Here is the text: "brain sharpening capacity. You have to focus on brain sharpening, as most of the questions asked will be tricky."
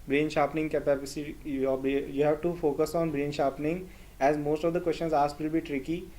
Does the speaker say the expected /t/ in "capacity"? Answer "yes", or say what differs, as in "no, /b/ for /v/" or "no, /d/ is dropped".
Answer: no, /s/ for /t/